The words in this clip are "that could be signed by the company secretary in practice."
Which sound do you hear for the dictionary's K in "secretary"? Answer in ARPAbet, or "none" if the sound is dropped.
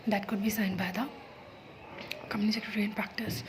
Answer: K